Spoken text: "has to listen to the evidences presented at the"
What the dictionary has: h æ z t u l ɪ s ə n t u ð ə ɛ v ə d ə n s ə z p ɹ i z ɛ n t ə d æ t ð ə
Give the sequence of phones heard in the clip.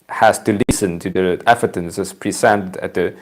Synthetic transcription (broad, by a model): h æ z t u l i s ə n t u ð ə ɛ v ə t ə n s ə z p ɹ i s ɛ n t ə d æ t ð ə